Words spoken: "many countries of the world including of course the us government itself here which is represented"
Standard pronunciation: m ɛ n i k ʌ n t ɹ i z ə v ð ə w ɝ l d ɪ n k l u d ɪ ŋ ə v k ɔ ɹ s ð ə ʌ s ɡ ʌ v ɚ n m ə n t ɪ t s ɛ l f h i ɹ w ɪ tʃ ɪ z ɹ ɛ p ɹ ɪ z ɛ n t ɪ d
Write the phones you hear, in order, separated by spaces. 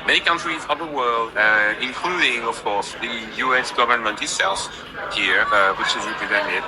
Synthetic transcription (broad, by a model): m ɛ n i k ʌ n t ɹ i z ə v ð ə w ɝ l d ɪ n k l u d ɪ ŋ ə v k ɔ ɹ s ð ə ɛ s ɡ ʌ v ɚ n m ə n t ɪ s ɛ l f h i ɹ w ɪ tʃ ɪ z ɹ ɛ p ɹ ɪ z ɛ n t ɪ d